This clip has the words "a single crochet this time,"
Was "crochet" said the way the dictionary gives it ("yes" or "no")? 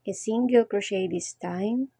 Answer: yes